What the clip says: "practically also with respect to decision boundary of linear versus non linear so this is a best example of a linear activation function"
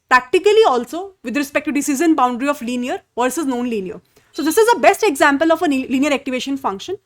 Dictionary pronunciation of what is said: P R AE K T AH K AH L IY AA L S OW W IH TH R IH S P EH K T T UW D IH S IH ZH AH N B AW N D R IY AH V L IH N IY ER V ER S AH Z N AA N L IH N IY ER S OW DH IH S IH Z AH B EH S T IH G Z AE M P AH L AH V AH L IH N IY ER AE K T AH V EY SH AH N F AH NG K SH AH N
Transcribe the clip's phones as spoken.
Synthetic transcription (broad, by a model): P R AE K T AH K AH L IY AA L S OW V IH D R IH S P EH K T T UW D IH S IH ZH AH N B AW N D R IY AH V L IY N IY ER V ER S AH Z N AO N L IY N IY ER S OW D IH S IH Z AH B EH S T IH G Z AE M P AH L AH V AH L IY N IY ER AE K T AH V EY SH AH N F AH NG K SH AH N